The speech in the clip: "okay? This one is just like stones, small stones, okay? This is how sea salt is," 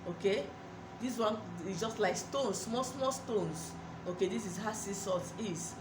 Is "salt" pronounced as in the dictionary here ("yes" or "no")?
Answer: no